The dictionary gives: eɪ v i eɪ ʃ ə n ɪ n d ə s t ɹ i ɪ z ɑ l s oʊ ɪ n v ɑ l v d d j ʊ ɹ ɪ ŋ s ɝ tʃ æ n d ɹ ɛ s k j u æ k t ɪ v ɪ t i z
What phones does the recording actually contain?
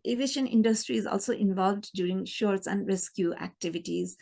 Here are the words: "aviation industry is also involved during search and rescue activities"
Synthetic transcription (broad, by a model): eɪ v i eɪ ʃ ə n ɪ n d ə s t ɹ i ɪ z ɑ l s oʊ ɪ n v ɑ l v d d j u ɹ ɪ ŋ ʃ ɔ s æ n d ɹ ɛ s k j u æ k t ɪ v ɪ t i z